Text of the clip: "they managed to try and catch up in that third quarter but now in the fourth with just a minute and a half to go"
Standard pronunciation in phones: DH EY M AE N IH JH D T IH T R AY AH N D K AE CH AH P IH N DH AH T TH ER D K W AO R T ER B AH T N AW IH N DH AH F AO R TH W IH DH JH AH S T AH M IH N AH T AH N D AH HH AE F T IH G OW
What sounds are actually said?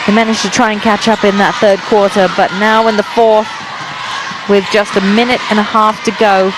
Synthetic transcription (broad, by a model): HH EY M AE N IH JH T IH T R AY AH N K AE CH AH P IH N DH AH T TH ER D K W AO R T ER B AH T N AW IH N DH AH F AO R TH W IH DH JH AH S T AH M IH N AH T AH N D AH HH AE F T IH G OW